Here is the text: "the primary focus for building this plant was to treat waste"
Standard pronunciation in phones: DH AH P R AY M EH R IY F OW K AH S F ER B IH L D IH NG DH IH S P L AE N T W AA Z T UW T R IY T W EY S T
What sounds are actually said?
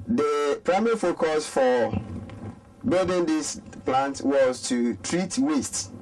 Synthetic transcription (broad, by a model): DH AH P R AY M EH R IY F OW K AH S F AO B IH L D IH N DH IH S P L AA N T W AA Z T UW T R IY T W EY S T